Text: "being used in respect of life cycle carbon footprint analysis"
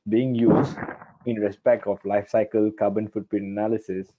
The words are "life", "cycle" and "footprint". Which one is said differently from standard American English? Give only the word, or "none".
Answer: footprint